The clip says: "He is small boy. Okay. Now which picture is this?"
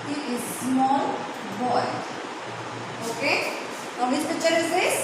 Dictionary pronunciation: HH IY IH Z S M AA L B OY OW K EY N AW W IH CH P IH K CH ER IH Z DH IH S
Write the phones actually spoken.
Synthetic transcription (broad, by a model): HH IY IH Z S M AA L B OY OW K EY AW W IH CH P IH CH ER IH Z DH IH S